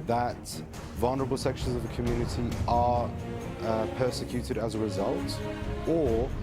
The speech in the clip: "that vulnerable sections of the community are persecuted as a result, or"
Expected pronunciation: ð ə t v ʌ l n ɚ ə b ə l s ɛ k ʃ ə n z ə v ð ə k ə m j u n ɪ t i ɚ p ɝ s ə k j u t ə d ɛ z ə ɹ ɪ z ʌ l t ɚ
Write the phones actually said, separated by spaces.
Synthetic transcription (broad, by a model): ð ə t v ʌ l n ɚ ə b ə l s ɛ k ʃ ə n z ə v ð ə k ə m j u n ɪ t i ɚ p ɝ s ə k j u t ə d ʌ z ə ɹ ɪ z ʌ l t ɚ